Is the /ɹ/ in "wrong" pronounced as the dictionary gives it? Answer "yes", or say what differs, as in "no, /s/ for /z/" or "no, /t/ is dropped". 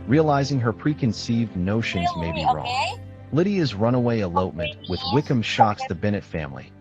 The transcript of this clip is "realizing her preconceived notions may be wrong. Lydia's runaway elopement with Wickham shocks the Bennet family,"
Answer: yes